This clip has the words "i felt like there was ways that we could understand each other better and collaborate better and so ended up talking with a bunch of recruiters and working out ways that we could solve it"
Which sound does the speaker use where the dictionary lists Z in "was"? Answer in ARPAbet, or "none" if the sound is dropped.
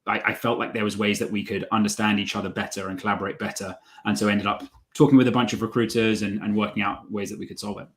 Z